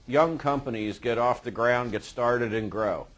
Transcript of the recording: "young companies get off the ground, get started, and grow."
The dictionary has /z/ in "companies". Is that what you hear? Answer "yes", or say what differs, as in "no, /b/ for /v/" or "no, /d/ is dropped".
yes